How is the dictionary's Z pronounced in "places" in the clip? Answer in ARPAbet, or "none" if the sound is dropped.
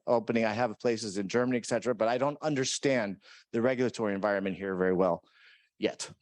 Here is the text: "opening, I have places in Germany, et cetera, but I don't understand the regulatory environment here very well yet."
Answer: Z